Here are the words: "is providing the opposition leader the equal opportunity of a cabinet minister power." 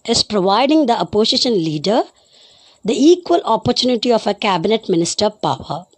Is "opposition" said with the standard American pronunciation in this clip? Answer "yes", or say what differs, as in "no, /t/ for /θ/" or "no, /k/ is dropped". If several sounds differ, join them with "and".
no, /s/ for /z/